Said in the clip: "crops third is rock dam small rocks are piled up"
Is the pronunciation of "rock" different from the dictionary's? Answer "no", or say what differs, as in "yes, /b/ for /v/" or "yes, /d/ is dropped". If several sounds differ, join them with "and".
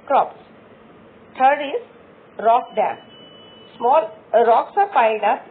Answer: no